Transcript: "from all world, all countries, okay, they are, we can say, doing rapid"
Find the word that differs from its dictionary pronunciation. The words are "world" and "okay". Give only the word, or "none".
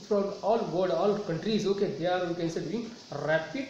world